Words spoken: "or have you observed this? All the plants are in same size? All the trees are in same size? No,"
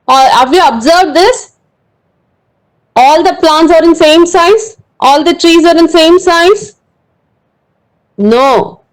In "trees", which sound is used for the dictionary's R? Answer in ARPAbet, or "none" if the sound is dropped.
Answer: R